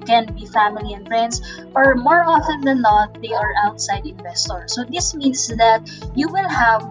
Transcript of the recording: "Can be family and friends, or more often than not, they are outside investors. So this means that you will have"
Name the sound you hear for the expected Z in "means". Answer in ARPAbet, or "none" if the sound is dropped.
S